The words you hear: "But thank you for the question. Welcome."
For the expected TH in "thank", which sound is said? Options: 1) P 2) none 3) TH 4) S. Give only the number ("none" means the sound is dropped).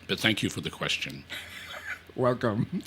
3